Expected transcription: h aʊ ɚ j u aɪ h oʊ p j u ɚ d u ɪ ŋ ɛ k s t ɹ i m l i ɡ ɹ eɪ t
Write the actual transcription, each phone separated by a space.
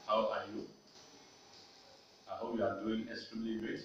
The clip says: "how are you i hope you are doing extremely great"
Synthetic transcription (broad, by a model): h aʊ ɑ j u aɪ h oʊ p j u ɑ d u ɪ ŋ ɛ s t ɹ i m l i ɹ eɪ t